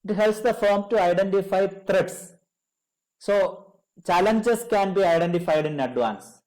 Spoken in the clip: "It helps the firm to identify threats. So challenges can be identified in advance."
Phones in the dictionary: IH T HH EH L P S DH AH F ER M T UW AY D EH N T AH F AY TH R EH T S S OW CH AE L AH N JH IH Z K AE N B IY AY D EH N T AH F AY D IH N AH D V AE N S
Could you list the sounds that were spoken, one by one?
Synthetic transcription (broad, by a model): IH T HH EH L P S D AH F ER M T UW AY D EH N T AH F AY T R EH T S S OW CH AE L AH N JH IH S K AE N B IY AY D EH N T AH F AY D IH N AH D V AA N S